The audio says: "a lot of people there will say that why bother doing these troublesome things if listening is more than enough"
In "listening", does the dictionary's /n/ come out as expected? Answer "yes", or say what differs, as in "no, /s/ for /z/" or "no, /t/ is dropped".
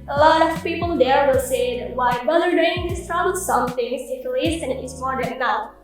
no, /n/ is dropped